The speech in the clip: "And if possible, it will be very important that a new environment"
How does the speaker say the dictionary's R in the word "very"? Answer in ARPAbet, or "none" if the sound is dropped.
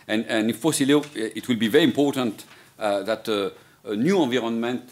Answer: R